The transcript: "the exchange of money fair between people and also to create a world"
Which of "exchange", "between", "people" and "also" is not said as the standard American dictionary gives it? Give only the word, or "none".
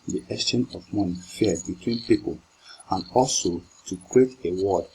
exchange